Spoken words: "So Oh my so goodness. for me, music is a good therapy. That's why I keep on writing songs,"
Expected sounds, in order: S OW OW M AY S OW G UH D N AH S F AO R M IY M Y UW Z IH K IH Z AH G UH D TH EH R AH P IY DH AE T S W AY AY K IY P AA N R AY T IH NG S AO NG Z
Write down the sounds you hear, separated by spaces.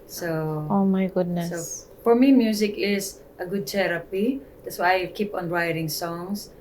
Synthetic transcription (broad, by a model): S OW OW M AY G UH D N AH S F AO R M IY M Y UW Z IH K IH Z AH G UH D T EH R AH P IY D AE T S W AY AY K IY P AA N R AY T IH NG S AO NG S